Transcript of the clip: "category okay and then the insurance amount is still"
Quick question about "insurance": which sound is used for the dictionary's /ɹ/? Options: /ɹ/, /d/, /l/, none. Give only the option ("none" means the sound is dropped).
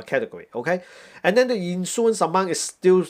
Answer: none